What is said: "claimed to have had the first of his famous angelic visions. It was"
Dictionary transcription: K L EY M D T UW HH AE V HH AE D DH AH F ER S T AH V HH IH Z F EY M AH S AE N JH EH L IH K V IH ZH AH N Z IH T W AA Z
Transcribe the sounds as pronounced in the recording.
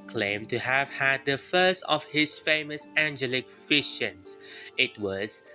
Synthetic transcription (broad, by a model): K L EY M T UW HH AE V HH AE D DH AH F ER S T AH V HH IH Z F EY M AH S AE N JH EH L IH K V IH SH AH N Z IH T W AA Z